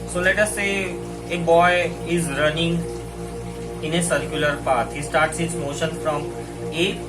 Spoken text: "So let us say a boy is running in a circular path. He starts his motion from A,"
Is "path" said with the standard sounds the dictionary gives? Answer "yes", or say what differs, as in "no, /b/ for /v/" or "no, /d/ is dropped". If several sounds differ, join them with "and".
no, /t/ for /θ/